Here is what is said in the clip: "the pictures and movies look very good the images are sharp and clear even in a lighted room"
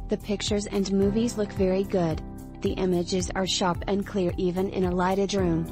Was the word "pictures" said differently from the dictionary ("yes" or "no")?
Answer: no